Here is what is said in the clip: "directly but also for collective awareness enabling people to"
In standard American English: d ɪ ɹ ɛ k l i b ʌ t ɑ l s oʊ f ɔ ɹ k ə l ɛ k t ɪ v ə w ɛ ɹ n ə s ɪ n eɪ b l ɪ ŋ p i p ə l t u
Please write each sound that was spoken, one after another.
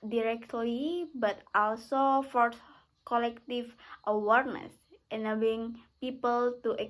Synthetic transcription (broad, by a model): d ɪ ɹ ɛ k l i b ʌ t ɑ l s oʊ f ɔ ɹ k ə l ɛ k t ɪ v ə w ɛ ɹ n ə s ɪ n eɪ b ɪ ŋ p i p ə l t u